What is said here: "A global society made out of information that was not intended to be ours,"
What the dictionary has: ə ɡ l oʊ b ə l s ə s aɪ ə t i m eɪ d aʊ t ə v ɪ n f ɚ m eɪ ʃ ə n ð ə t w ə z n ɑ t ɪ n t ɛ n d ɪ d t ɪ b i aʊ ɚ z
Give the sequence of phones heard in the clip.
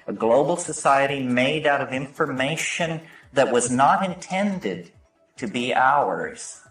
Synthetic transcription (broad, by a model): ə ɡ l oʊ b l s ə s aɪ ə t i m eɪ d aʊ t ə v ɪ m f ɚ m eɪ ʃ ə n ð ə t w ə z n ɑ t ɪ n t ɛ n d ɪ d t ɪ b i aʊ ɚ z